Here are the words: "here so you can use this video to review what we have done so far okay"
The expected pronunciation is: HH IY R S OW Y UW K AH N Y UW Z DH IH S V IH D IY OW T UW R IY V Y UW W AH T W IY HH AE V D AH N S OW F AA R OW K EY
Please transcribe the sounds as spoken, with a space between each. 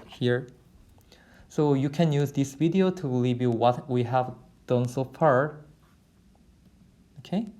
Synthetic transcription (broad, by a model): HH IY R S OW Y UW K AH N Y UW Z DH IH S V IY D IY OW T UW L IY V Y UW W AH T W IY HH AE V D AH N S OW F AA R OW K EY